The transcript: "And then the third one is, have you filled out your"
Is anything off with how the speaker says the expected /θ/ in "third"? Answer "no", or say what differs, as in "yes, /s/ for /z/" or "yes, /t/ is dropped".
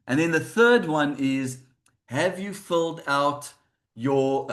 no